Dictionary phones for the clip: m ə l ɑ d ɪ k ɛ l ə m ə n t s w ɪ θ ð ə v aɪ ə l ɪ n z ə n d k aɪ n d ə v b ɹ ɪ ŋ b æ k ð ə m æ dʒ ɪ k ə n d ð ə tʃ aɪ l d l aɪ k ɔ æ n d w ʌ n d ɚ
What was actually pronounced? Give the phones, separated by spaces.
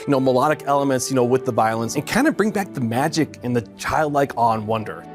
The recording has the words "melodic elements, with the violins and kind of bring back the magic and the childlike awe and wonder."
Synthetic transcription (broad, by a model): m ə l ɑ d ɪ k ɛ l ə m ə n t s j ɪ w ð ə v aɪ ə l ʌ n s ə n k aɪ n d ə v b ɹ ɪ ŋ b æ k ð ə m æ dʒ ɪ k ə n ð ə tʃ aɪ l d l aɪ k ɔ n w ʌ n d ɚ